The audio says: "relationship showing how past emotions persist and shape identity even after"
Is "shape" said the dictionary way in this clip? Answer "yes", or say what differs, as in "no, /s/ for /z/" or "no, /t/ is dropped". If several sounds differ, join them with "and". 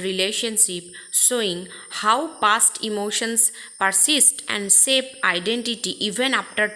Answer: no, /s/ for /ʃ/